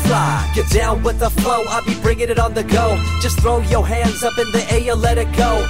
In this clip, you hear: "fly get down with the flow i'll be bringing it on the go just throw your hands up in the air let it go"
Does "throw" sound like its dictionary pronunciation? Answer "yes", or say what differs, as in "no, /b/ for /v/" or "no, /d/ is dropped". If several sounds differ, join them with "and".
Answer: yes